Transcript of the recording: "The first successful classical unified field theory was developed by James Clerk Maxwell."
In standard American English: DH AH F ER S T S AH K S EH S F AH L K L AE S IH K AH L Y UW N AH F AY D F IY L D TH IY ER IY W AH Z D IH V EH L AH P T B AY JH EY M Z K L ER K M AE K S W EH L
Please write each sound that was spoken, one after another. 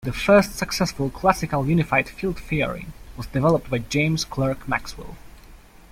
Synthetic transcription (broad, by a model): DH AH F ER S T S AH K S EH S F AH L K L AE S IH K AH L Y UW N AH F AY D F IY L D F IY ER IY W AH Z D IH V EH L AH P T B AY JH EY M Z K L ER K M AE K S W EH L